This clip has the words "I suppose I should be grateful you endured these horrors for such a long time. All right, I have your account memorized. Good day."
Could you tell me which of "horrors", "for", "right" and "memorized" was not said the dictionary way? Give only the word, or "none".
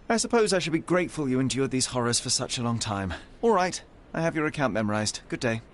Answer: none